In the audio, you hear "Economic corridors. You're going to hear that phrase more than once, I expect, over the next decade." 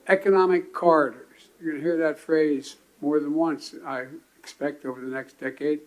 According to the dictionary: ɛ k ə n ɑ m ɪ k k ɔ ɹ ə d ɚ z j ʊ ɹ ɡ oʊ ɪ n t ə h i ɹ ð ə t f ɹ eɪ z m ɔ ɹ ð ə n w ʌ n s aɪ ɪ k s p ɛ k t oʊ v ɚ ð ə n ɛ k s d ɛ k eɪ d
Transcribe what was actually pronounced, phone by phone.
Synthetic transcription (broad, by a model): ɛ k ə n ɑ m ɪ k k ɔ ɹ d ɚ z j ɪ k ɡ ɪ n h i ɹ ð ə t f ɹ eɪ z m ɔ ɹ ð ə n w ʌ n s aɪ ɪ k s p ɛ k t oʊ v ɚ ð ə n ɛ k s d ɛ k eɪ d